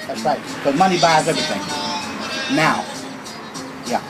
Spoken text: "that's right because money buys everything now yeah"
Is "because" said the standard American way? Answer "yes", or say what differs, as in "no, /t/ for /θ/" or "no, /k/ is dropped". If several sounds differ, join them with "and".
no, /k/ is dropped and /z/ is dropped